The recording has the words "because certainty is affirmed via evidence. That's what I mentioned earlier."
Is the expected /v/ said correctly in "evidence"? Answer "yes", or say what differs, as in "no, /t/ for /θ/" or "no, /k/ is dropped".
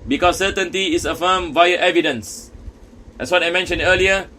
yes